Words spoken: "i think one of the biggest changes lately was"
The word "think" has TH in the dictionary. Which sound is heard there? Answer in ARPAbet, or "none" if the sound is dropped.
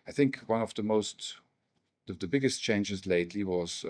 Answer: TH